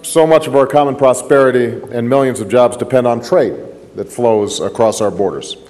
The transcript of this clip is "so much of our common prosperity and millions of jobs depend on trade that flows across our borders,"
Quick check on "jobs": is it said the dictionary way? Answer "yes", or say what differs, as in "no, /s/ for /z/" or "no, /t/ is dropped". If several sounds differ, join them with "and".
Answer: yes